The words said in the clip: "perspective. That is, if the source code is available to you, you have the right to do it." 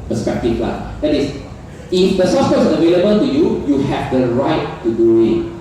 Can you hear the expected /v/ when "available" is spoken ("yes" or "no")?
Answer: yes